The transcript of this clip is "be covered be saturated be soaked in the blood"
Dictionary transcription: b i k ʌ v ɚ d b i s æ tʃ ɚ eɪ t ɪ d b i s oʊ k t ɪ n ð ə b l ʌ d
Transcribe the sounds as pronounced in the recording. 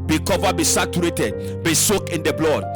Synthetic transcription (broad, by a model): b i k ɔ v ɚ b i s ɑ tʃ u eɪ t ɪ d b i s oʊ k ɪ n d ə b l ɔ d